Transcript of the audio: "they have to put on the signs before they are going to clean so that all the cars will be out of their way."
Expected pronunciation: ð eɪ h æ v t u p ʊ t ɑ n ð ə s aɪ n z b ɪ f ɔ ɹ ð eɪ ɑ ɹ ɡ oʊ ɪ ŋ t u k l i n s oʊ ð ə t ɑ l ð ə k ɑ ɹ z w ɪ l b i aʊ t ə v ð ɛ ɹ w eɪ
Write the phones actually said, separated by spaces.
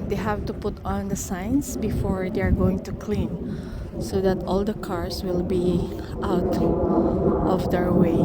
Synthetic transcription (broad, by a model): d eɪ h æ v t u p ʊ t ɑ n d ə s aɪ n s b ɪ f ɔ ɹ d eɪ ɑ ɹ ɡ oʊ ɪ ŋ t u k l i n s oʊ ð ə t ɑ l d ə k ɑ ɹ s w ɪ l b i aʊ t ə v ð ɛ ɹ w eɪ